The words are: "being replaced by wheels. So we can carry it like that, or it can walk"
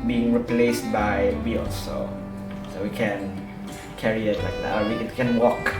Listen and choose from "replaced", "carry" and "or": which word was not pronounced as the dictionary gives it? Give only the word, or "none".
or